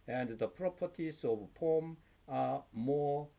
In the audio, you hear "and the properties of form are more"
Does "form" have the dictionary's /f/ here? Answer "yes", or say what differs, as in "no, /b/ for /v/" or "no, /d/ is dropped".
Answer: no, /p/ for /f/